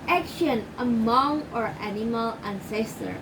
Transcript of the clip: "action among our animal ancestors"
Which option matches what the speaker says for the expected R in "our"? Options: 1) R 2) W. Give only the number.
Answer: 1